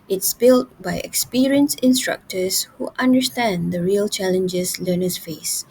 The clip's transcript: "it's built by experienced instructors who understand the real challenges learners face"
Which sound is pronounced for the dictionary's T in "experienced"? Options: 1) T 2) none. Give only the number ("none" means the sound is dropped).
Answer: 2